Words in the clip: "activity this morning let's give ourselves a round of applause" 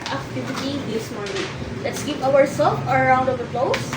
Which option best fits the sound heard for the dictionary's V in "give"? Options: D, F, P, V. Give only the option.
P